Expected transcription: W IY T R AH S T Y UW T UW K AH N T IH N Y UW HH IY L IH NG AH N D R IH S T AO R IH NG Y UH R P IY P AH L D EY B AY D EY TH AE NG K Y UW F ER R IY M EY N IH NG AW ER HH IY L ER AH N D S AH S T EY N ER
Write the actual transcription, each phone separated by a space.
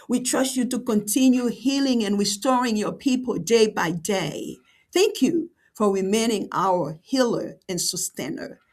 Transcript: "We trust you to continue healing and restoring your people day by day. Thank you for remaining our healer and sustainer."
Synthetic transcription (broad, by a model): W IY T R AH S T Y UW T UW K AH N T IH N Y UW HH IY L IH NG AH N R IH S T AO R IH NG Y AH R P IY P AH L D EY B AY D EY TH AE NG K Y UW F ER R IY M EY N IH NG AW ER HH IY L ER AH N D S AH S T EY N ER